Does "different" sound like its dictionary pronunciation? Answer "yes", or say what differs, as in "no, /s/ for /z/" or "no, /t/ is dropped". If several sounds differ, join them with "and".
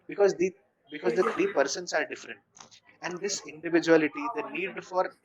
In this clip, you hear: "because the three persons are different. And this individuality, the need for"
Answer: yes